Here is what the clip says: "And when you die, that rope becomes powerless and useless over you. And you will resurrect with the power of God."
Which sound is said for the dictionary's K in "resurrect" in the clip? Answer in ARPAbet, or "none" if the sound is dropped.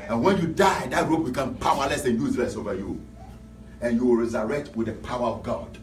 K